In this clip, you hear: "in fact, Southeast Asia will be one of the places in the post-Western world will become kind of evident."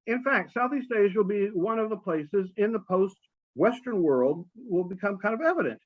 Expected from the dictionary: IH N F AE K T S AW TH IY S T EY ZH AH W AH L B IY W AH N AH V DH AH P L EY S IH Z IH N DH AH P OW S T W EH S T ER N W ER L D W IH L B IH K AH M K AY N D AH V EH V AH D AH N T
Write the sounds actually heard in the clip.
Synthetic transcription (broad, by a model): IH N F AE K T S AW TH IY S T EY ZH W AH L B IY W AH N AH V DH AH P L EY S IH Z IH N DH AH P OW S T W EH S T ER N W ER L D W IH L B IH K AH M K AY N D AH V EH V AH D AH N T